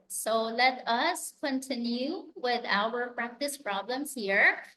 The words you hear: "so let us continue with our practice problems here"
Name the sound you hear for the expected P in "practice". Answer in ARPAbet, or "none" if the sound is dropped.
P